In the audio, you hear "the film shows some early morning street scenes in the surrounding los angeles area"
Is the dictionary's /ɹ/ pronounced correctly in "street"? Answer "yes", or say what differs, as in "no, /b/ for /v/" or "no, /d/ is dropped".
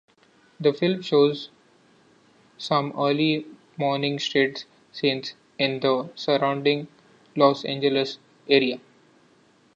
no, /ɹ/ is dropped